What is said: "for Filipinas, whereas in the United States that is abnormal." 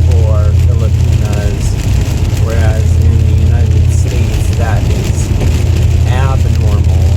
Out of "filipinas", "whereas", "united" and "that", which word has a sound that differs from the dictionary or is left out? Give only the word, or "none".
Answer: none